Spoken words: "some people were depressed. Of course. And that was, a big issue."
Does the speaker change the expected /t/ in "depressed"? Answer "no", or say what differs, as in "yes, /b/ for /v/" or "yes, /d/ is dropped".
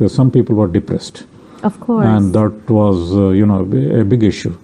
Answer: no